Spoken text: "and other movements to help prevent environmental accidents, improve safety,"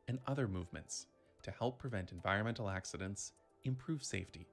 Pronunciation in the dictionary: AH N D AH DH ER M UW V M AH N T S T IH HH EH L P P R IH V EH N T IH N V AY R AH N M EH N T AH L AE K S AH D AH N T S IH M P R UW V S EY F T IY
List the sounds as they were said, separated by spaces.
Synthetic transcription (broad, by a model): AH N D AH DH ER M UW V M AH N T S T IH HH EH L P P R IH V EH N T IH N V AY R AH N M EH N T L AE K S AH D AH N T S IH M P R UW V S EY F T IY